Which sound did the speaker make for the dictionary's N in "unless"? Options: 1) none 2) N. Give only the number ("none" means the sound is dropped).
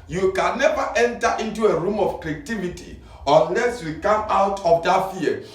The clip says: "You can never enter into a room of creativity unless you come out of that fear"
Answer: 2